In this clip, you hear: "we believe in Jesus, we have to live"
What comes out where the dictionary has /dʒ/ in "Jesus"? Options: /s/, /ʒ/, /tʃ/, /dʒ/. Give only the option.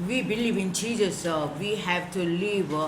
/tʃ/